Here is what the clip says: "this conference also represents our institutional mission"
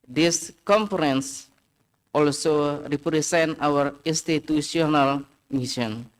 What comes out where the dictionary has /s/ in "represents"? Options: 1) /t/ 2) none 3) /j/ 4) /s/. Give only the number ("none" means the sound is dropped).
2